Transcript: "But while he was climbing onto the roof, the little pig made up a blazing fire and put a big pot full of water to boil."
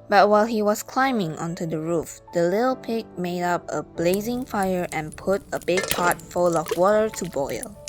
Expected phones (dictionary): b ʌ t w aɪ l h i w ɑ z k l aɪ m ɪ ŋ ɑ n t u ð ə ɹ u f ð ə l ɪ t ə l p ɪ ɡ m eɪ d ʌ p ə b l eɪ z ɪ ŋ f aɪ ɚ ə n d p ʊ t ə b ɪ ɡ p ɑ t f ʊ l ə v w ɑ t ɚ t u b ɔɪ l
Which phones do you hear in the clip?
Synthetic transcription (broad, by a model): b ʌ t w aɪ l h i w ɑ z k l aɪ m ɪ ŋ ɑ n t u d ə ɹ u f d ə l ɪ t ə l p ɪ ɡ m eɪ d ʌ p ə b l eɪ z ɪ ŋ f aɪ ɚ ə n p ʊ t ə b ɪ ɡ p ɑ t f ʊ l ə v w ɑ t ɚ t u b ɔɪ l